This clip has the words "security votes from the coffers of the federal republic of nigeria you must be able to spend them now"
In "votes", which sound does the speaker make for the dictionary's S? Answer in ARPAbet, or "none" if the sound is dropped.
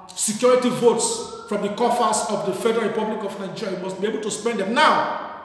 S